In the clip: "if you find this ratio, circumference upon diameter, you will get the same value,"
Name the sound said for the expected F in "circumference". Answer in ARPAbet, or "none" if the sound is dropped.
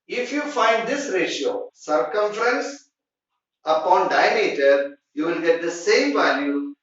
F